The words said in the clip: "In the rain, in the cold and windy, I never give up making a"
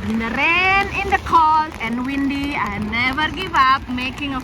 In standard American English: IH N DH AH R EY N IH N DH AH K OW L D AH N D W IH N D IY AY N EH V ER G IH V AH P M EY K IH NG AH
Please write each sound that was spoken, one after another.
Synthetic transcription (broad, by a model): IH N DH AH R EY N IH N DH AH K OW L AH N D W IH N D IY AY N EH V ER G IH V AH P M EY K IH NG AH